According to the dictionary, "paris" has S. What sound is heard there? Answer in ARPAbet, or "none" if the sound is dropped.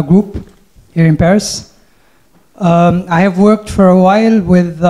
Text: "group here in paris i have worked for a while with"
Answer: S